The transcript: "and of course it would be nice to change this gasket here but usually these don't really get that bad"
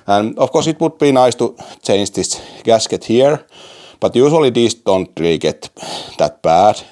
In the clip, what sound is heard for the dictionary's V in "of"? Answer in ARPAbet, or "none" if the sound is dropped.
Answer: F